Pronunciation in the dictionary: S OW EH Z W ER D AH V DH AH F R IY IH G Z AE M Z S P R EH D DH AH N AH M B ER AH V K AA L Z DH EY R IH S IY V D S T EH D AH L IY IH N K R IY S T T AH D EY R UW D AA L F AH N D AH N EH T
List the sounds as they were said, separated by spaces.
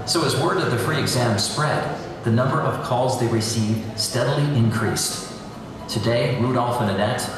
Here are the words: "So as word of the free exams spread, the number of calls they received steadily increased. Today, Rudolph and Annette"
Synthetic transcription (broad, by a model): S OW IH Z W ER D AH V DH AH F R IY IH G Z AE M S P R EH D DH AH N AH M B ER AH V K AA L Z DH EY R IH S IY V D S T EH D L IY IH N K R IY S T T AH D EY R UW D AA L F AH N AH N EH T